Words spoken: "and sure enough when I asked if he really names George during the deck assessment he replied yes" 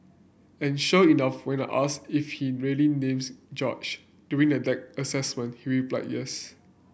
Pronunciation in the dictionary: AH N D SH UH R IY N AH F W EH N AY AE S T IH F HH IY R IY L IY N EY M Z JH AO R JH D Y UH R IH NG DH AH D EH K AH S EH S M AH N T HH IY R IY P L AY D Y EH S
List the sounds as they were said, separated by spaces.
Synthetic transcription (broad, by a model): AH N SH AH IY N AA F W EH N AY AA S IH F HH IY R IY L IY N EY M S JH AO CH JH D Y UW R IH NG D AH D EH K AH S EH S M AH N T HH IY W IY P L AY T Y EH S